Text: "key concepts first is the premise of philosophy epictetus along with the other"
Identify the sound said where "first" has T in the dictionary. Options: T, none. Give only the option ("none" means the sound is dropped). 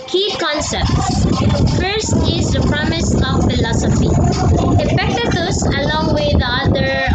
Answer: T